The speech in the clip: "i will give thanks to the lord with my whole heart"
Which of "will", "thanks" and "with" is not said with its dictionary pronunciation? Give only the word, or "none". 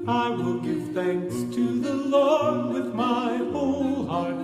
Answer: none